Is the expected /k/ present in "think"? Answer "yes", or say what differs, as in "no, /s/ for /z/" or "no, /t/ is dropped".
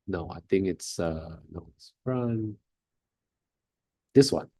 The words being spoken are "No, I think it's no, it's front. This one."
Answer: yes